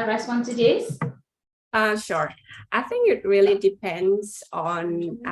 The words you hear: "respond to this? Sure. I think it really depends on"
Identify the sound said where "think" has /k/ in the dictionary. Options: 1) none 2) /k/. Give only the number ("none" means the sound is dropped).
2